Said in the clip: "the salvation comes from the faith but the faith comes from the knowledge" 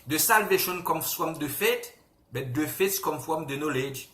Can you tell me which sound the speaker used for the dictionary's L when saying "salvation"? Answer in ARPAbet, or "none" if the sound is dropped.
L